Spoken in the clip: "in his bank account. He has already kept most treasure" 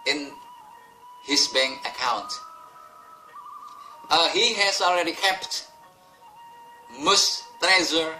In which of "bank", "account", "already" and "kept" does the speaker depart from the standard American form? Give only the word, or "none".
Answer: bank